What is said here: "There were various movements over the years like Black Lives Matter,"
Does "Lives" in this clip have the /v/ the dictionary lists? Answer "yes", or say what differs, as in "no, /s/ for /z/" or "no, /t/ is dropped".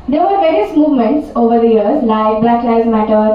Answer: no, /v/ is dropped